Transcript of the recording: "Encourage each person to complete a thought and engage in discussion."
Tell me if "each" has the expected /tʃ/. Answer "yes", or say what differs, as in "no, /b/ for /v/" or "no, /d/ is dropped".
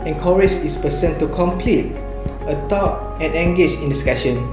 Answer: no, /s/ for /tʃ/